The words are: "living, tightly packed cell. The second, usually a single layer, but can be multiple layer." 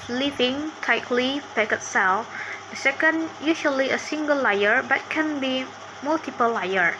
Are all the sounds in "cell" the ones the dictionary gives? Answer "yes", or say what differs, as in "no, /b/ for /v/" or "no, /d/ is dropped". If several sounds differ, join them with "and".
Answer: yes